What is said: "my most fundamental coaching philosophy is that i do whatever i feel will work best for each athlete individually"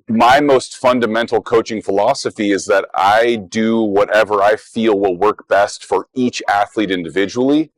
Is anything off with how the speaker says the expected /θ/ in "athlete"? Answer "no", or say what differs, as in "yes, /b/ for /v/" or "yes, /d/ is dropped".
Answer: no